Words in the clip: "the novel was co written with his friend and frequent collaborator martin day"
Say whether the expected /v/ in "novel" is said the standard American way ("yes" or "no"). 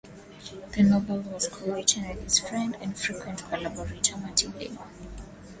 no